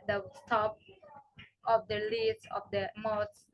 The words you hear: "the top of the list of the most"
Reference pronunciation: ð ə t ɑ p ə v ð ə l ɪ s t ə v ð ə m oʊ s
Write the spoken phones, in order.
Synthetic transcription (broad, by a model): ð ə t ɑ p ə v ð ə l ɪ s ə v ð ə m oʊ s